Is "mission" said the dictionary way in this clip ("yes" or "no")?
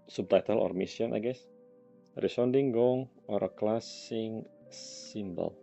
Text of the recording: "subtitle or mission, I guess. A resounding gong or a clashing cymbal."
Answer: no